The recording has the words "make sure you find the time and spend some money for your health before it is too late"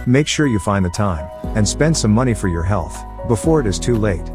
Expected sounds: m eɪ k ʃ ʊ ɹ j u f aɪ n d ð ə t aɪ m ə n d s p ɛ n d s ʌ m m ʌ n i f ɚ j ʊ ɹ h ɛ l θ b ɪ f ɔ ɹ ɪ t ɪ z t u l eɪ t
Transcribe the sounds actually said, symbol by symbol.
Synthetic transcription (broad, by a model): m eɪ k ʃ ʊ ɹ j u f aɪ n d ð ə t aɪ m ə n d s p ɛ n d s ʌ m m ʌ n i f ɚ j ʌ ɹ h ɛ l θ b ɪ f ɔ ɹ ɪ t ɪ z t u l eɪ t